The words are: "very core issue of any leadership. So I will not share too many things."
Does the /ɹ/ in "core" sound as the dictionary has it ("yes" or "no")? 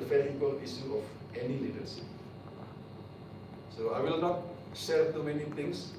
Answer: no